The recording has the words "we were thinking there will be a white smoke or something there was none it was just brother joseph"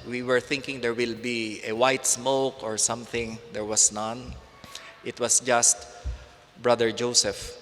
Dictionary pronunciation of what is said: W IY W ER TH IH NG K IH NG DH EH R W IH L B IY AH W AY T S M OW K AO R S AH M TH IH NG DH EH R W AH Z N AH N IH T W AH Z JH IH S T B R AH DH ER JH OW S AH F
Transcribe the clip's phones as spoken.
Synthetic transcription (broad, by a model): W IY W ER TH IH NG K IH NG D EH R W IH L B IY AH W AY T S M OW K AO R S AH M TH IH NG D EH R W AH S N AH N IH T W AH S JH IH S T B R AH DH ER JH OW S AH F